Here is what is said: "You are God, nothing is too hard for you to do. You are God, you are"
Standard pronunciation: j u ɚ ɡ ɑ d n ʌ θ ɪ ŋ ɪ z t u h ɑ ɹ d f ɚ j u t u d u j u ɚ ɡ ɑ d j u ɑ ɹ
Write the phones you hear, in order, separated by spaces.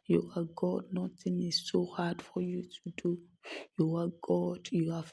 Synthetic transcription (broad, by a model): j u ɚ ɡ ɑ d n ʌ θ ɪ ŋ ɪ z s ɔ h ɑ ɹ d f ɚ j u t u d u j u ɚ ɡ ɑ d j u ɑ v